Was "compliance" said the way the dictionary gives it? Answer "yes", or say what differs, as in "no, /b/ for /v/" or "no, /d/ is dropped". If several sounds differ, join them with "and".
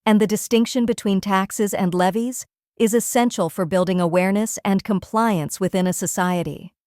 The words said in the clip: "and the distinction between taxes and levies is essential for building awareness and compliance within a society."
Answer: yes